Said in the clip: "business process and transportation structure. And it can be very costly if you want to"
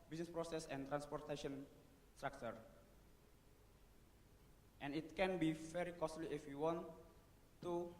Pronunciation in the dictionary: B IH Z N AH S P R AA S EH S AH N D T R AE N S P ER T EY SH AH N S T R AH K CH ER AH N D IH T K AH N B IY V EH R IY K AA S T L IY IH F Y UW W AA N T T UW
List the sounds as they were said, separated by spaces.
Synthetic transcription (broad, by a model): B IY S N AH S P R AA S EH S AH N T R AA N S P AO T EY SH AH N S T R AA K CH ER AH N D IH T K AH N B IY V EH R IY K AA S T L IY IH F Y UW W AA N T T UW